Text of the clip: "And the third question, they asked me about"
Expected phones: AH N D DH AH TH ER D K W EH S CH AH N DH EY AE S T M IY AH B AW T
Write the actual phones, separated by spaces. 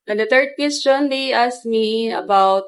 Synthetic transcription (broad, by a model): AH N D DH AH T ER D K W EH S CH AH N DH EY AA S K M IY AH B AW T